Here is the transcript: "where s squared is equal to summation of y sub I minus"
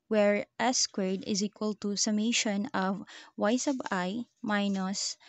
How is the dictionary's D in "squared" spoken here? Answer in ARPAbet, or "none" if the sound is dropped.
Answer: D